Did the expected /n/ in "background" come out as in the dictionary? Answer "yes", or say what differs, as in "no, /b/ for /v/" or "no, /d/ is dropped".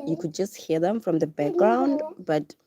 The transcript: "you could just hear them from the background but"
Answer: yes